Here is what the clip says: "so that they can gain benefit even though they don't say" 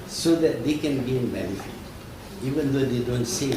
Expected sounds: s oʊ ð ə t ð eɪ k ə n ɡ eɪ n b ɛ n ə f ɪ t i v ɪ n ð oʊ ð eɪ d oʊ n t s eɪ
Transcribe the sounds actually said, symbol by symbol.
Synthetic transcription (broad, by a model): s oʊ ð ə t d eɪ k ə n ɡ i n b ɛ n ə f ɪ i v ɪ n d oʊ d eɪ d oʊ n t s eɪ